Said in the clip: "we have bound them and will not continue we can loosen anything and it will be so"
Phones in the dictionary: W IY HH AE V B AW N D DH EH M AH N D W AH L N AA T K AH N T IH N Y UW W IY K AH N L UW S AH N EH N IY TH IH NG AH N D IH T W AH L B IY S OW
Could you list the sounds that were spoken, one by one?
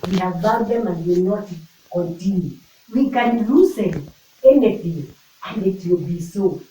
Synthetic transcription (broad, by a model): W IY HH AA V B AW D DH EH M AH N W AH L N AA T K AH N T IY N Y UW W IY K AH N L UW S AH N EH N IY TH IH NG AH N IH T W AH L B IY S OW